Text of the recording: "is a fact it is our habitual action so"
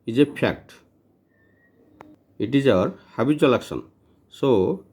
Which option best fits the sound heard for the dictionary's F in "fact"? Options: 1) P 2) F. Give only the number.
1